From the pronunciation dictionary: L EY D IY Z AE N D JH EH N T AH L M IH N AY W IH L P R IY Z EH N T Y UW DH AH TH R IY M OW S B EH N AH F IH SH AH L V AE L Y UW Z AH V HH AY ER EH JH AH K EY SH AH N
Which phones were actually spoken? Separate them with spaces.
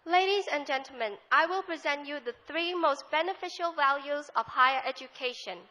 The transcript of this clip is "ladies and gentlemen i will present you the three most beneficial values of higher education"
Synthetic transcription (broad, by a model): L EY D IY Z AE N JH EH N T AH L M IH N AY W IH L P R IY Z EH N T Y UW DH AH TH R IY M OW S B EH N AH F IH SH AH L V AE L Y UW Z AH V HH AY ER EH JH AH K EY SH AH N